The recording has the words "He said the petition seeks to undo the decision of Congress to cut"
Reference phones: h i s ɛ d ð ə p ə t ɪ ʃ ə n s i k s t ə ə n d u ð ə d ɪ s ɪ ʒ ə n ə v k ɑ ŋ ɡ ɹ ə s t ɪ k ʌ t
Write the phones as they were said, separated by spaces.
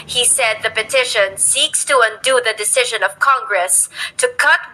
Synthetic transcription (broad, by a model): h i s ɛ d ð ə p ə t ɪ ʃ ə n s i k s t ə ə n d u ð ə d ɪ s ɪ ʒ ə n ə v k ɑ ŋ ɡ ɹ ə s t ɪ k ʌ t